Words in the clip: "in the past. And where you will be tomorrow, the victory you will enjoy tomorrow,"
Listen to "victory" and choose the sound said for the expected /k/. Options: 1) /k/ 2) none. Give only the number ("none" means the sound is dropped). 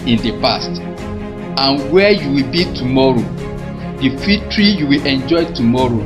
2